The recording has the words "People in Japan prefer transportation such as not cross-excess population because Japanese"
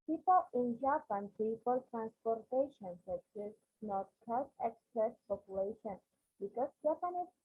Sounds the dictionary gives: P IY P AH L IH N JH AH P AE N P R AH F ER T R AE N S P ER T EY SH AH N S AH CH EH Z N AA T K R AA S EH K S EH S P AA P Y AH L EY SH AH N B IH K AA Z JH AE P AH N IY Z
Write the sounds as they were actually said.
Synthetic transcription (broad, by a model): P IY P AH L IH N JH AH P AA N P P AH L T R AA N S P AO T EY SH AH N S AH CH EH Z N AA T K AA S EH K S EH S P AA P Y AH L EY SH AH N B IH K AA S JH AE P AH N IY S